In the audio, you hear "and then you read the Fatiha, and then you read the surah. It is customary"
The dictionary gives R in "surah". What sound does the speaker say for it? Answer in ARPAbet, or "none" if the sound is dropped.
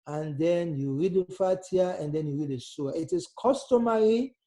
none